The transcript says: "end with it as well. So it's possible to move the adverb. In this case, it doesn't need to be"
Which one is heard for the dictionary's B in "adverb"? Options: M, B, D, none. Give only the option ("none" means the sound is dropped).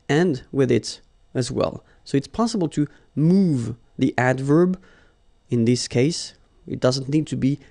B